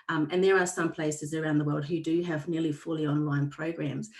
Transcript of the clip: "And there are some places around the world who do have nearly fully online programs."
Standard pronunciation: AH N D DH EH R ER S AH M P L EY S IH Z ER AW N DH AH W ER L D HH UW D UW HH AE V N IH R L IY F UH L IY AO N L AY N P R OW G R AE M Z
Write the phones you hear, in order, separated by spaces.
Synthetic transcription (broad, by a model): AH N DH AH R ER S AH M P L EY S IH Z ER AW N DH AH W ER L D HH UW D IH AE V N IH R L IY F UH L IY AO N L AY N P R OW G R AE M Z